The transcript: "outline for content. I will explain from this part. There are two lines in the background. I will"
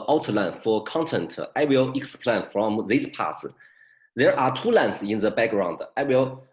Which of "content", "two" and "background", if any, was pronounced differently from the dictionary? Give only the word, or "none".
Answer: none